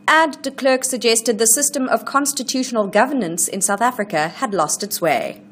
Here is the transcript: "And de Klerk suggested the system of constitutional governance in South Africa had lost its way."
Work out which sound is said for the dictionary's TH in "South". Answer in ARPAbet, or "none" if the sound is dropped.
TH